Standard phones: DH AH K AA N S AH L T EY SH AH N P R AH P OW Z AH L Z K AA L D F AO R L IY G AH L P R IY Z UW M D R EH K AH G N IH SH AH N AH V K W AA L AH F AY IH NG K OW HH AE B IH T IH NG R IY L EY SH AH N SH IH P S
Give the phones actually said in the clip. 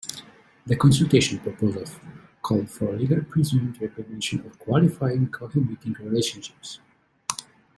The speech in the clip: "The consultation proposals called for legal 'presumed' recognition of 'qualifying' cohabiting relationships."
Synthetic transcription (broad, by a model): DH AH K AA N S AH L T EY SH AH N P R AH P OW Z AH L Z K AA L D F AO R L IY G AH L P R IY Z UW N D R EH K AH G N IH SH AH N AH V K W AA L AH F AY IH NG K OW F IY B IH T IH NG R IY L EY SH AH N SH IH P S